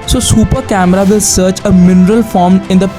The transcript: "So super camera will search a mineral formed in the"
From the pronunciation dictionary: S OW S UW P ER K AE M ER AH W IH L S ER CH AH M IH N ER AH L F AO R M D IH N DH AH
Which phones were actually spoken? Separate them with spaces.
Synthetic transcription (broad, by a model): S OW S UW P ER K AE M ER AH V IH L S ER CH AH M IH N ER AH L F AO R M IH N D AH